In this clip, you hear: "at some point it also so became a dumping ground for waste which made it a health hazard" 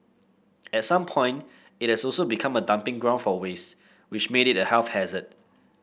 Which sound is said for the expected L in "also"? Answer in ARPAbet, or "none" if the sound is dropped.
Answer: none